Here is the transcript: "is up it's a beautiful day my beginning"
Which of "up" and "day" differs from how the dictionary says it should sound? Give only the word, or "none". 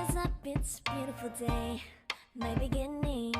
up